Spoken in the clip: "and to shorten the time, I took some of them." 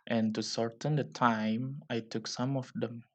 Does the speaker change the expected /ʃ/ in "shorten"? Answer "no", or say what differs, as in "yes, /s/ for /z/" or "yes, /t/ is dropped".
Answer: yes, /s/ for /ʃ/